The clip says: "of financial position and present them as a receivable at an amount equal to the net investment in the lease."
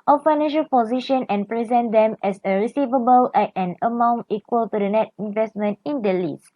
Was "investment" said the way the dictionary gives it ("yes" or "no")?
yes